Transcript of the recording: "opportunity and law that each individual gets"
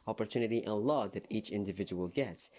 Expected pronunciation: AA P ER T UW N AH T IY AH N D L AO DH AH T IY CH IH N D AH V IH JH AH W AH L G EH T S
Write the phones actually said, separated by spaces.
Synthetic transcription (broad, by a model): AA P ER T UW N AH T IY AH N L AO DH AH T IY CH IH N D AH V IH JH AH W AH L G EH T S